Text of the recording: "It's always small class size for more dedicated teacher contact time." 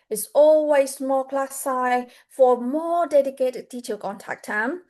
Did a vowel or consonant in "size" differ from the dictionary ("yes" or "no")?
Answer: yes